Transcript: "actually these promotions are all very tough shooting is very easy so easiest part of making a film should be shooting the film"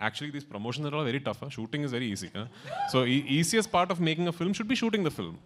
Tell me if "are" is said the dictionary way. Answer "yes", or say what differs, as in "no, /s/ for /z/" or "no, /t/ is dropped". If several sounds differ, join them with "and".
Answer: no, /l/ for /ɹ/